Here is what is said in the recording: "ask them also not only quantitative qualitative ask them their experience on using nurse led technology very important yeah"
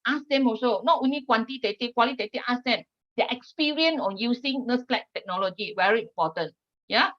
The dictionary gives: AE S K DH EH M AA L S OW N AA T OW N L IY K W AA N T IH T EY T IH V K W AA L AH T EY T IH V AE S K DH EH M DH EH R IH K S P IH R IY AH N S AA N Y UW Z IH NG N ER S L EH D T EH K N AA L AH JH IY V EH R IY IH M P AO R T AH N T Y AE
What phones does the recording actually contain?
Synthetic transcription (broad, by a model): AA S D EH M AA S OW N AA T OW N L IY K W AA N T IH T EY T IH K W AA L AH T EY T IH AA S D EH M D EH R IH K S P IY R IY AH N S AA N Y UW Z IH NG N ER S L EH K T EH K N AA L AH JH IY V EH R IY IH M P AO T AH N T Y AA